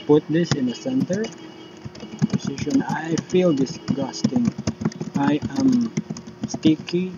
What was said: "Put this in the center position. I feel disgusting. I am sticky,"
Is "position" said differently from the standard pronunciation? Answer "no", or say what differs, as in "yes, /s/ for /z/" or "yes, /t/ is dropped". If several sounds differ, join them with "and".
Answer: yes, /s/ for /z/